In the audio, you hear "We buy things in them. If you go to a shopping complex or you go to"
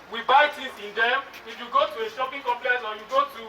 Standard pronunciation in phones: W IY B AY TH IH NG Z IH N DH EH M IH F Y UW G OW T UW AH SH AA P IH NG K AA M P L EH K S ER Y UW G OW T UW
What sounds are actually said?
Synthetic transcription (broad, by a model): W IY B AY T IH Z IH N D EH M IH F Y UW G OW T UW AH SH AA P IH NG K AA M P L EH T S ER Y UW G OW T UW